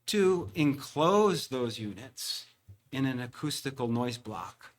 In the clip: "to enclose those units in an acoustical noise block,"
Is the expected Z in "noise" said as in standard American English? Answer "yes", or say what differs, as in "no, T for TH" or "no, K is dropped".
yes